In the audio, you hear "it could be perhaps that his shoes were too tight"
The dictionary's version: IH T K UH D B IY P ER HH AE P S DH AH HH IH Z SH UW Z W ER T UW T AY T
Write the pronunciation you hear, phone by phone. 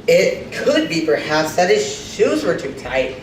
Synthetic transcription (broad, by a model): IH T K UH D B IY P ER HH AE P S DH AH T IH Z SH UW Z W ER T UW T AY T